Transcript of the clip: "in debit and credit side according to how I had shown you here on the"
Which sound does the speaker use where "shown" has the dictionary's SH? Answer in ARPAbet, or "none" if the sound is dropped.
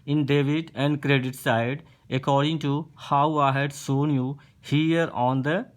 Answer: S